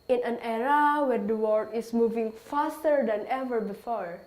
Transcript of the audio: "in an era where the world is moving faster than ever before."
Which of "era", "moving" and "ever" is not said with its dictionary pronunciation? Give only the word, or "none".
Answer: none